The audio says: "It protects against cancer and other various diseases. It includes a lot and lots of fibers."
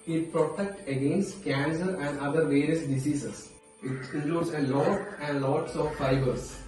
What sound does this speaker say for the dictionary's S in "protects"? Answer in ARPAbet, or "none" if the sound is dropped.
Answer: none